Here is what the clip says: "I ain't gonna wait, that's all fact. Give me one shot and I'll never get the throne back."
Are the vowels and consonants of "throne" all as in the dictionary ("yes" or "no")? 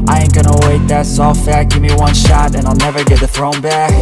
yes